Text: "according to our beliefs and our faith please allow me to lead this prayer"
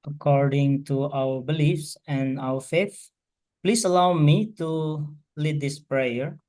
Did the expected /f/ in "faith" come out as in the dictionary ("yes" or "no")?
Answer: yes